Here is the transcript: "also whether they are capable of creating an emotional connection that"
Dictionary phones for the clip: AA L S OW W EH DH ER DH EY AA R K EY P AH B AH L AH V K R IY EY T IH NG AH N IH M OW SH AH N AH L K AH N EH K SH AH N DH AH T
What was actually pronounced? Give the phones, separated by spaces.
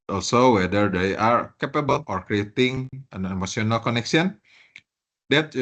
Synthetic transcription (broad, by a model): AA L S OW W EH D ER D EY AA R K EY P AH B AH L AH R K R IY EY T IH NG AH N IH M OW S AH N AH L K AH N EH K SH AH N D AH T